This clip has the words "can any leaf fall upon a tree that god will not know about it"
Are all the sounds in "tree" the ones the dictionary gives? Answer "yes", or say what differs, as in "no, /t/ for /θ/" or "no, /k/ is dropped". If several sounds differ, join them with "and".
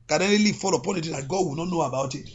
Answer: no, /ɹ/ is dropped